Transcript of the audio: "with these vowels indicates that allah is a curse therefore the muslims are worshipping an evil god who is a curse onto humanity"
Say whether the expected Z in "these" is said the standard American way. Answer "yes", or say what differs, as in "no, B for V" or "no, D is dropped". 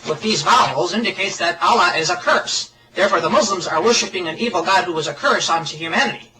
yes